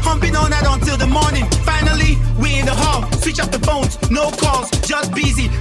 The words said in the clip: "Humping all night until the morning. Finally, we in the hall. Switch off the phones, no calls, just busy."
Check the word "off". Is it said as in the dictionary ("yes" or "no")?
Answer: no